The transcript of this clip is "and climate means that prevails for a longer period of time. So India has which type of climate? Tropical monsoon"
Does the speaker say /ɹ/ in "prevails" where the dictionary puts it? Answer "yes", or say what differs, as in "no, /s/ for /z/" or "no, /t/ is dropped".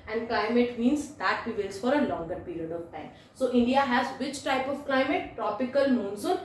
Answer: no, /ɹ/ is dropped